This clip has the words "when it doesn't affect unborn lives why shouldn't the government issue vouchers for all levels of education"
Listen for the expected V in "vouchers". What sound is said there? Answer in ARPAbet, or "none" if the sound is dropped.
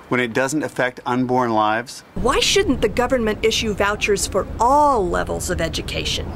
V